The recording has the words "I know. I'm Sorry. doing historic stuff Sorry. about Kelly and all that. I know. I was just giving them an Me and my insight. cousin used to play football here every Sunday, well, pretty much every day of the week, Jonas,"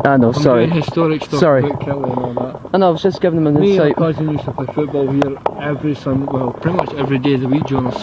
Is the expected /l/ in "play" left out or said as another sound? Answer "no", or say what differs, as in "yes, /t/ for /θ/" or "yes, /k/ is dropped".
yes, /l/ is dropped